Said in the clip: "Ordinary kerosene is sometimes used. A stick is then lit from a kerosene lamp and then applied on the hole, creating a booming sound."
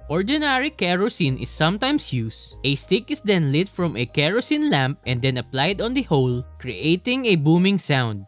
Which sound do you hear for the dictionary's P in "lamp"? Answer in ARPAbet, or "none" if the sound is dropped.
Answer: P